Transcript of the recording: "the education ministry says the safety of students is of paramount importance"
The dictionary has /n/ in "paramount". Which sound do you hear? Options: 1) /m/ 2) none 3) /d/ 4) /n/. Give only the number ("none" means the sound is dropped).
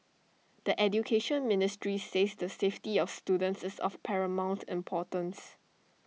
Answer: 4